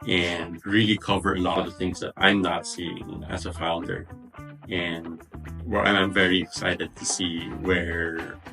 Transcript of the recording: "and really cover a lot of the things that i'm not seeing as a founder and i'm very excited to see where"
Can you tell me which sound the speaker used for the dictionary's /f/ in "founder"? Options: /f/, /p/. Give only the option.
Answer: /f/